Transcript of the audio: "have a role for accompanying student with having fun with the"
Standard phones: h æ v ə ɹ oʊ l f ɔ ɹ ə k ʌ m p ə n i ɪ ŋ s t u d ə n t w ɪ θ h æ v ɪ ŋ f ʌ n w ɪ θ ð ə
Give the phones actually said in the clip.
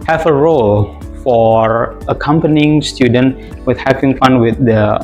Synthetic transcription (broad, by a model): h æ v ə ɹ oʊ l f ɔ ɹ ə k ʌ m p ə n i ɪ ŋ s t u d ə n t w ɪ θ h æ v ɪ ŋ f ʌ n w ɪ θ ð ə